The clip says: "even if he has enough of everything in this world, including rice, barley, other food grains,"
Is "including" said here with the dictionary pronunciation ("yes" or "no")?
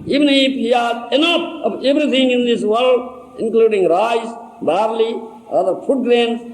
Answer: yes